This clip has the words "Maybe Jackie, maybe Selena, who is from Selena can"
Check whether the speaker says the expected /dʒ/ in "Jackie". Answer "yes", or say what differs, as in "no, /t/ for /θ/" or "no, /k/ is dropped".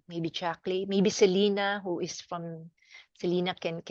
no, /tʃ/ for /dʒ/